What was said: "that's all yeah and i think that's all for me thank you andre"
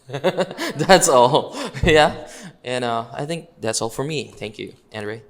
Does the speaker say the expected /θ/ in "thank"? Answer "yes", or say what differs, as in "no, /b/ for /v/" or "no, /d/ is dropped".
yes